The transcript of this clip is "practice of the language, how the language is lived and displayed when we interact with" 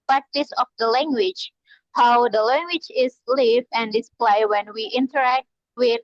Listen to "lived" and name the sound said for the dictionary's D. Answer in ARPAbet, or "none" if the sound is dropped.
none